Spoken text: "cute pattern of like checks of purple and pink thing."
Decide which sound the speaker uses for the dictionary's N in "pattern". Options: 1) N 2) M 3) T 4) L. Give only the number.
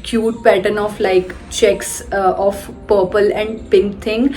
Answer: 1